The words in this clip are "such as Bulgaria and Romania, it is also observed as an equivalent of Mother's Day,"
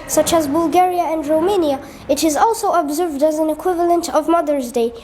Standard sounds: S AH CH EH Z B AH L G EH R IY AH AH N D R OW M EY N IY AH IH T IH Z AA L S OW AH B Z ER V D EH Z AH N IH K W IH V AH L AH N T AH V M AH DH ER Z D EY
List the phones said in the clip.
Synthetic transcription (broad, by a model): S AH CH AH Z B AH L G EH R IY AH AH N D R OW M EY N IY AH IH T IH Z AA L S OW AH B Z ER V D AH Z AH N IH K W IH V AH L AH N T AH V M AH DH ER Z D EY